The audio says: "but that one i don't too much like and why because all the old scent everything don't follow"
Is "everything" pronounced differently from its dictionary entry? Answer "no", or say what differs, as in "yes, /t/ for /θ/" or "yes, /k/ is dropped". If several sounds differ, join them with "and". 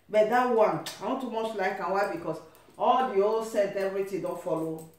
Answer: yes, /t/ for /θ/